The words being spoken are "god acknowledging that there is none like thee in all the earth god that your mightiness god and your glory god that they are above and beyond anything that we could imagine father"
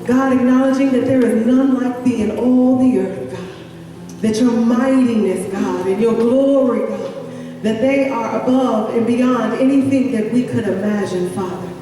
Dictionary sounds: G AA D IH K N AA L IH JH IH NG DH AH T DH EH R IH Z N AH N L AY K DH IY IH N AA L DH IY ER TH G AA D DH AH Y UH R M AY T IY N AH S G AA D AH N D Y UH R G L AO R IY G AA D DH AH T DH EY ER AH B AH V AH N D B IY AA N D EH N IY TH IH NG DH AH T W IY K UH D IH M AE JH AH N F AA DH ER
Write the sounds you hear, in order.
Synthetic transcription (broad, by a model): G AA D IH K N AA L IH JH IH NG DH AH T DH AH R IH Z N AH N L AY K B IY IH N AA L DH IY ER TH G AA D DH AH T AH R M AY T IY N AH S G AA D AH N Y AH R G L AO R IY G AA D DH AH T DH EY ER AH B AH V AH N B IY AA N D EH N IY TH IH NG DH AH T W IY K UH D IH M AE JH AH N F AA DH ER